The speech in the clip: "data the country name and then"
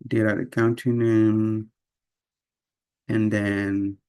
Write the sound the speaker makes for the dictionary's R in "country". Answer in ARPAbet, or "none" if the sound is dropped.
none